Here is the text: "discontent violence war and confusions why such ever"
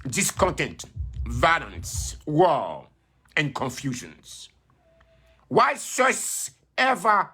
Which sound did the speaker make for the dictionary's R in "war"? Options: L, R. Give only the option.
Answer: L